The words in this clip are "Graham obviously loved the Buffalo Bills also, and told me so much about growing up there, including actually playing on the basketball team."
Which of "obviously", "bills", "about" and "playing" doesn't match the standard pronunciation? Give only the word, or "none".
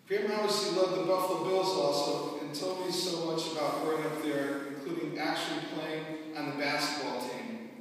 obviously